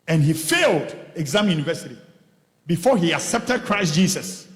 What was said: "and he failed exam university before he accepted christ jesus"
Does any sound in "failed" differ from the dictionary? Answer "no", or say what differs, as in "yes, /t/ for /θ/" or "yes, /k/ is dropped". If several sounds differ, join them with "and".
no